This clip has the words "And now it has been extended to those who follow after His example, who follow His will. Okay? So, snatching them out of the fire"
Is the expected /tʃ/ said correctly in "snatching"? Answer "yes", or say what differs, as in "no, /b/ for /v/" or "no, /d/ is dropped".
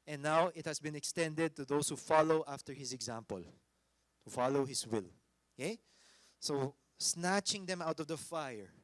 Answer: yes